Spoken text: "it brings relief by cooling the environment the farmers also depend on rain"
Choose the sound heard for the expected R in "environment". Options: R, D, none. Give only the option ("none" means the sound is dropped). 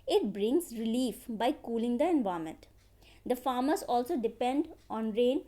none